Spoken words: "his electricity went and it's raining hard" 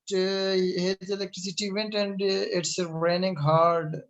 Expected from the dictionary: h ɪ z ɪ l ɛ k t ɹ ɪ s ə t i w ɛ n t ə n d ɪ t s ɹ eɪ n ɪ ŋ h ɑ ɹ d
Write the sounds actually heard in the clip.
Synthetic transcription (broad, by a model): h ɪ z ɪ l ɛ k t ɹ ɪ s ə t i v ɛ n t ə n d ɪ t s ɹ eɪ n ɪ ŋ h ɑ ɹ d